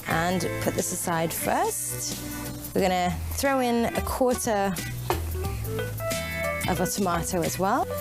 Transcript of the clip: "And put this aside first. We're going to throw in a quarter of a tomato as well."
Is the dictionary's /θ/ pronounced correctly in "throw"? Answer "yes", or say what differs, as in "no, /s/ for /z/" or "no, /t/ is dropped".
yes